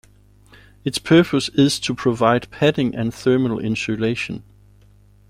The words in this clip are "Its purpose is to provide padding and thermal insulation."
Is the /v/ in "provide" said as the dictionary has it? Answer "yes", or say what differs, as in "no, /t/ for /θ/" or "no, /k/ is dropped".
yes